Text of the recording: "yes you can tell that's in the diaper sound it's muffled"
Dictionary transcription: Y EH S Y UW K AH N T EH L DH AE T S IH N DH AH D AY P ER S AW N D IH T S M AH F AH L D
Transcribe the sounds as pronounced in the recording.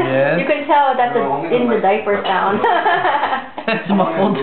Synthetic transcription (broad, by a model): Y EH Y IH K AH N T EH L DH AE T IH IH N DH AH D AY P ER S AW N IH T S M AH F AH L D